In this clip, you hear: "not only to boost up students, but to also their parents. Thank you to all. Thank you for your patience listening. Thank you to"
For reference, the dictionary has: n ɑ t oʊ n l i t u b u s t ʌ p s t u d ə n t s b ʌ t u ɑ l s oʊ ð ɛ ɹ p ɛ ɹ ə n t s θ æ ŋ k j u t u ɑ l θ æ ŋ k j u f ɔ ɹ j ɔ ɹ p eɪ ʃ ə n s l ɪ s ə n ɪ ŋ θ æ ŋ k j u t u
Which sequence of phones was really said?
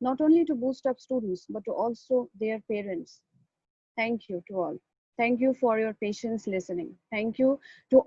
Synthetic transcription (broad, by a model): n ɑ t oʊ n l i t u b u s t ʌ p s t u d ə n t s b ʌ t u ɑ l s oʊ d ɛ ɹ p ɛ ɹ ə n t s t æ ŋ k j u t u ɑ l t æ ŋ k j u f ɔ ɹ j ɔ ɹ p eɪ ʃ ə n s l ɪ s ə n ɪ ŋ t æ ŋ k j u t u